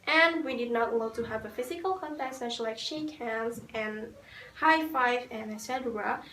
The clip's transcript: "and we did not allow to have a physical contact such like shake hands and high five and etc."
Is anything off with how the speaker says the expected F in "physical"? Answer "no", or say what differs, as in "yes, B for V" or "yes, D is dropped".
no